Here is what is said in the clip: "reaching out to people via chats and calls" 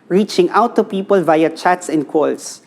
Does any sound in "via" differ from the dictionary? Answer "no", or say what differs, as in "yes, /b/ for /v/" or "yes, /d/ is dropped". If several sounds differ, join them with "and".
no